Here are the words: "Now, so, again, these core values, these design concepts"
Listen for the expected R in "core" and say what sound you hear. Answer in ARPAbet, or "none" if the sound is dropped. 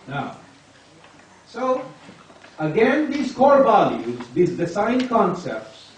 R